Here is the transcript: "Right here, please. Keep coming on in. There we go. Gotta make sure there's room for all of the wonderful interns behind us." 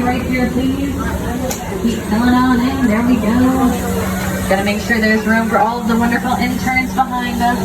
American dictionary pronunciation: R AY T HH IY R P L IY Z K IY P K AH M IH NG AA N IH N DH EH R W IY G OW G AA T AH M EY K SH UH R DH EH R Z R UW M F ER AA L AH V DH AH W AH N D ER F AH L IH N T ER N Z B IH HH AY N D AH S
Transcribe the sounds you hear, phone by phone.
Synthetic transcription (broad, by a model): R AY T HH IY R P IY K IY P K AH IH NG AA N IH N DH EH R W IY G OW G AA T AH M EY K SH UH R DH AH R Z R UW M F ER AA L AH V DH AH W AH N D ER F L IH N T ER N Z B IH HH AY N D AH S